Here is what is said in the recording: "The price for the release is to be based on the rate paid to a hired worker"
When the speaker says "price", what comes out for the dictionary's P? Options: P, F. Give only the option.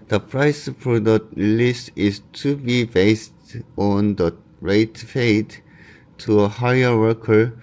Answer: P